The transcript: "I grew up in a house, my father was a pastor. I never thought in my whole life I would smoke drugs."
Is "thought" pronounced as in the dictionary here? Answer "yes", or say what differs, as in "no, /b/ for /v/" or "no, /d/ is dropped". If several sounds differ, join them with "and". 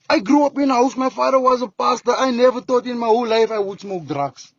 no, /t/ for /θ/